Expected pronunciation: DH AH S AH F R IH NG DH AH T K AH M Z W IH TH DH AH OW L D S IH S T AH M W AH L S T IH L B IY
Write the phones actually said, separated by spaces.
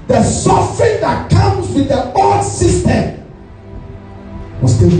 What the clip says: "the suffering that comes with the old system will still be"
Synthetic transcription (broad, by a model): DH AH S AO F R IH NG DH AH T K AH M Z W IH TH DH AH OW D S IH S T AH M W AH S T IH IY